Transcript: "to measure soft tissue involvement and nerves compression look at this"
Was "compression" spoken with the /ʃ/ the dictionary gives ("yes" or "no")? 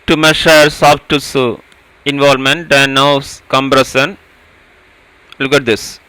no